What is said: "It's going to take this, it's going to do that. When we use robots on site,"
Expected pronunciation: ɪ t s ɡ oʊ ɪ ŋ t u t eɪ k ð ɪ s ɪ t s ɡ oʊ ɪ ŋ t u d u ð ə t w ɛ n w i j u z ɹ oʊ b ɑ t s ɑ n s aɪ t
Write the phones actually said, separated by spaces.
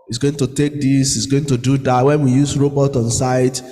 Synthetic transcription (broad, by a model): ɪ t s ɡ oʊ ɪ ŋ t u t eɪ k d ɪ s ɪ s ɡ oʊ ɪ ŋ t u d u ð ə t w ɛ n w i j u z ɹ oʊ b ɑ t ɑ n s aɪ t